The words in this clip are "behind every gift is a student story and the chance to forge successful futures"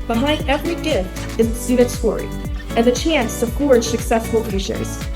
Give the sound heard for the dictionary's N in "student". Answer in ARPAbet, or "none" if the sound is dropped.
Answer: none